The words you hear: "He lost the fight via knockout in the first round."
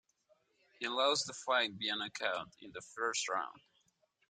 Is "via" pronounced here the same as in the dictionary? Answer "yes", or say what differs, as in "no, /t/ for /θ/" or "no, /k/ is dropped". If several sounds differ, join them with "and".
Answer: no, /b/ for /v/